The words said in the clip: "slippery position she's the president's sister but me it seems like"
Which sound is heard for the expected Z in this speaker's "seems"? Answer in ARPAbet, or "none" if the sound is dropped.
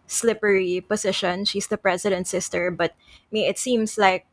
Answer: S